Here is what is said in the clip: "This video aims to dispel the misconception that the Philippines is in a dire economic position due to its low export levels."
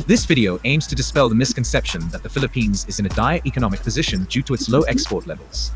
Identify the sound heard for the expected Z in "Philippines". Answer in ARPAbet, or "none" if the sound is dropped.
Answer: Z